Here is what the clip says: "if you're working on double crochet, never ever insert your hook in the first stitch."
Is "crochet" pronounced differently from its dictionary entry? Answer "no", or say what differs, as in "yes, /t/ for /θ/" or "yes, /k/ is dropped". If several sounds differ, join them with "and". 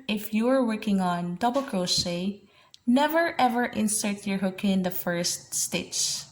yes, /s/ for /ʃ/